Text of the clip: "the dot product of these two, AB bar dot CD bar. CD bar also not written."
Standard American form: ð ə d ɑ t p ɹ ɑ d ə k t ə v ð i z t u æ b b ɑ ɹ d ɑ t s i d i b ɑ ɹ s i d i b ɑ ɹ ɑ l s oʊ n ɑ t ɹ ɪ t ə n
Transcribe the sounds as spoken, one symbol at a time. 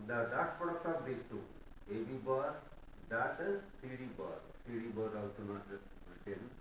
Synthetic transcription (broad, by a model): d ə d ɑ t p ɑ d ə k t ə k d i s t u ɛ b b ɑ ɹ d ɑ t s i d i b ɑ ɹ s i d i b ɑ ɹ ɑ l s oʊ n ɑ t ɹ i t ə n